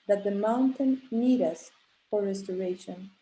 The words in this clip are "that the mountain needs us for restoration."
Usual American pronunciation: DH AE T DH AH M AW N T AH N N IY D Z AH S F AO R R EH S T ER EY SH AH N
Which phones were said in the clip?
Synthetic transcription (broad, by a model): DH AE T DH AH M AW N T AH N N IY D AH S F AO R R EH S T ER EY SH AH N